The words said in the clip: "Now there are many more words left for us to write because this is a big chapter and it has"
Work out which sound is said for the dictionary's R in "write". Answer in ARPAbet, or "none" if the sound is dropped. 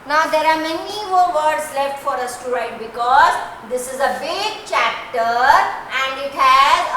R